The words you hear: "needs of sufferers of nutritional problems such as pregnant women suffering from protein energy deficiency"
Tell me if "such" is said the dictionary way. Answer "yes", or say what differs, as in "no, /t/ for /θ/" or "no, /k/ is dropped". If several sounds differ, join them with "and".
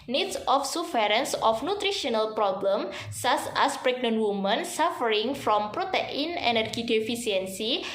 no, /s/ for /tʃ/